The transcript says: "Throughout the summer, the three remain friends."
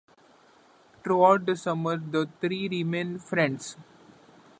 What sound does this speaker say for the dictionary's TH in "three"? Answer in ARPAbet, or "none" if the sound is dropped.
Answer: T